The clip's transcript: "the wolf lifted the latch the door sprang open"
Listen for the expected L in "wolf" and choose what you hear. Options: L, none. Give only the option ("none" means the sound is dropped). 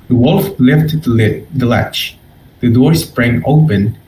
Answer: L